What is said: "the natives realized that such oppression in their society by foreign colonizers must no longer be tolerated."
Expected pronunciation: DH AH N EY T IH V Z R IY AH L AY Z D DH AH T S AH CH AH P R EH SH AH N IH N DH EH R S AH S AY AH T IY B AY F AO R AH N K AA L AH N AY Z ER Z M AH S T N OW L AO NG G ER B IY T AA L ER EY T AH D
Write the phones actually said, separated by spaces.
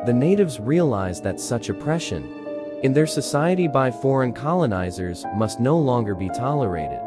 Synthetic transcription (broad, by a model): DH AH N EY T IH V Z R IY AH L AY Z DH AH T S AH CH AH P R EH SH AH N IH N DH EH R S AH S AY AH T IY B AY F AO R AH N K AA L AH N AY Z ER Z M AH S T N OW L AO NG G ER B IY T AA L ER EY T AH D